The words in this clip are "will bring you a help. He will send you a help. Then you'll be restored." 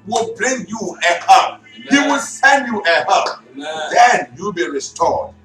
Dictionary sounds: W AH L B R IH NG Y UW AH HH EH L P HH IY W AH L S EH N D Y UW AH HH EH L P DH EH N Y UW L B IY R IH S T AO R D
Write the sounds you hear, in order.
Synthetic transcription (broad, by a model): W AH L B L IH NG Y UW AH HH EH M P HH IY W AH L S EH N D Y UW AH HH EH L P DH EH N Y UW L B IY R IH S T AO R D